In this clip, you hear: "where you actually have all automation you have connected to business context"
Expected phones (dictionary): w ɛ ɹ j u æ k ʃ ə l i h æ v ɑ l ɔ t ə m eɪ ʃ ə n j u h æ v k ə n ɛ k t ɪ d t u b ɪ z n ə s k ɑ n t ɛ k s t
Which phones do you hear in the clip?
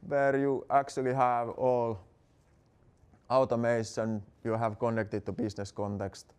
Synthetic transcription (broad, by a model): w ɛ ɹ j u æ k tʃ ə l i h æ v ɑ l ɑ t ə m eɪ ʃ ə n j u h æ v k ə n ɛ k t ɪ d t u b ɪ s n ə s k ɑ n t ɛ k s t